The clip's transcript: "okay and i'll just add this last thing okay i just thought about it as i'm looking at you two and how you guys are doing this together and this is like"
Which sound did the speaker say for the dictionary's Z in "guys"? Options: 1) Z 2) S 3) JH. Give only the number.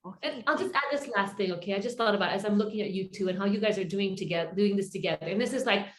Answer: 1